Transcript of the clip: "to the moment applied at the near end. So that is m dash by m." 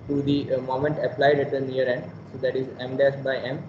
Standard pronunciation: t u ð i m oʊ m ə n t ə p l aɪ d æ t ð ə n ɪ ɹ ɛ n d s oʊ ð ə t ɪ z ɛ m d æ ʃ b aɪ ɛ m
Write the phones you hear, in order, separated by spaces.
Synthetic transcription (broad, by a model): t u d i m oʊ m ə n t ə p l aɪ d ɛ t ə n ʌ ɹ ɛ n d s oʊ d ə t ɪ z ɛ m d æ s b aɪ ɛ m